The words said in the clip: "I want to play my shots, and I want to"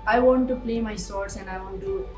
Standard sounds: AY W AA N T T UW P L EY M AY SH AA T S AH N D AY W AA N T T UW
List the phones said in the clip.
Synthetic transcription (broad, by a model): AY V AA N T T UW P L EY M AY S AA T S AH N D AY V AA N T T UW